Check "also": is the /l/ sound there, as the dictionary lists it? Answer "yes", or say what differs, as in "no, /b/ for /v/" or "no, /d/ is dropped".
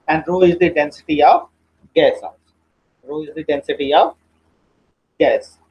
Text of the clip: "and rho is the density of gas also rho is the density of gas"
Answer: no, /l/ is dropped